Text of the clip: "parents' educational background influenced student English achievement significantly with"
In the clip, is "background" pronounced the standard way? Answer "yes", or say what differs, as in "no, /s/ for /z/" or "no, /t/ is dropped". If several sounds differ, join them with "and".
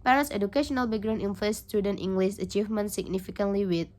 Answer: no, /d/ is dropped